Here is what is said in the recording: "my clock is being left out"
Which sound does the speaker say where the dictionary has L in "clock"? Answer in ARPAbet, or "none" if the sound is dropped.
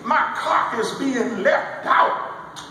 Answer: none